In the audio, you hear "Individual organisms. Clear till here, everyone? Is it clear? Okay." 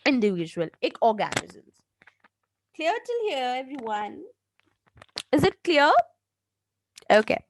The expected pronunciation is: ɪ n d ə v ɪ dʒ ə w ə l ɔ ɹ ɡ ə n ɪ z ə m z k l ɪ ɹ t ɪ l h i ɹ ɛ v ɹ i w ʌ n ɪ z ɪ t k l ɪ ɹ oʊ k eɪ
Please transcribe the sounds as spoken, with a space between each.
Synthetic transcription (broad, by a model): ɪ n d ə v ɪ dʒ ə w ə l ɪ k ɡ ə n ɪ z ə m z k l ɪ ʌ t ɪ l h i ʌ ɛ v ɹ i w ʌ n ɪ z ɪ t k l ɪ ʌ oʊ k eɪ